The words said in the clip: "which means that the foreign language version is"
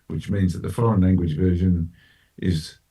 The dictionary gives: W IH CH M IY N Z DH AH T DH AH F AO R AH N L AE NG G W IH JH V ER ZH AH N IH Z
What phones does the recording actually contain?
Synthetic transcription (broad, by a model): W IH CH M IY N Z DH AH T DH AH F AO L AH N L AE NG G W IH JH V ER ZH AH N IH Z